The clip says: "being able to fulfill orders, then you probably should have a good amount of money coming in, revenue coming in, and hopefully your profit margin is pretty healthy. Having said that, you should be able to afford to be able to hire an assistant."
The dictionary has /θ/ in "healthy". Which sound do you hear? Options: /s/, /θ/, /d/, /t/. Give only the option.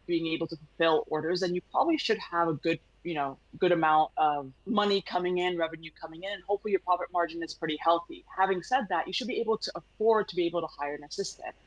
/θ/